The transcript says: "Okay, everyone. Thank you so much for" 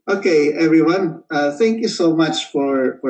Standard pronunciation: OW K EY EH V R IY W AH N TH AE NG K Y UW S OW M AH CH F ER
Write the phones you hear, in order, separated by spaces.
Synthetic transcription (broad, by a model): OW K EY EH V R IY W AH N TH AE NG K Y UW S OW M AH CH F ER